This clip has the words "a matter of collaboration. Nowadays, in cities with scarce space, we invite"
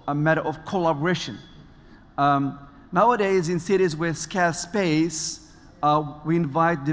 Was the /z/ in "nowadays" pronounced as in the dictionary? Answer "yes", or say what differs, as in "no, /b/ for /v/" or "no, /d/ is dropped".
yes